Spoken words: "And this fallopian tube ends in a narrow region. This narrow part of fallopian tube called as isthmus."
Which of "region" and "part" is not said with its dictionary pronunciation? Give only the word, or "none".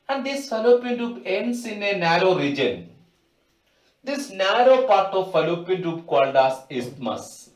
none